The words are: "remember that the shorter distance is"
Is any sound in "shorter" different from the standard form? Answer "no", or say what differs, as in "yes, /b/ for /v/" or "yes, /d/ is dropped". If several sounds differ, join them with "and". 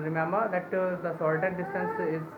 yes, /s/ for /ʃ/